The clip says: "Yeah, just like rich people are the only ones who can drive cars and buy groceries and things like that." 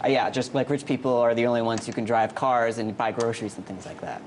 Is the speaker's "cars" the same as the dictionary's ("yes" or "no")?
yes